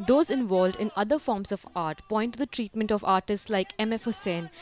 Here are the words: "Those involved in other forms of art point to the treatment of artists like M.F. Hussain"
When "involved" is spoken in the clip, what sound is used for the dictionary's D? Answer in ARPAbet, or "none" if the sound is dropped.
D